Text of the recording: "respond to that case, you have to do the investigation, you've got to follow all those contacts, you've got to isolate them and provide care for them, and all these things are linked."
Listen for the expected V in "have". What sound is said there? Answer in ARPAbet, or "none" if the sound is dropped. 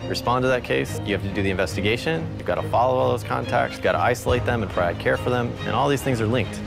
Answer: F